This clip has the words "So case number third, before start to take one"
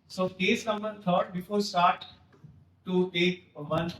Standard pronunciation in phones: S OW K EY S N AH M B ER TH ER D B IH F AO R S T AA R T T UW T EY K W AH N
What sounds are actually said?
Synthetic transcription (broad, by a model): S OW K EY S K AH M ER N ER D B IH F AO R S T AA R T T UW T EY K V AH N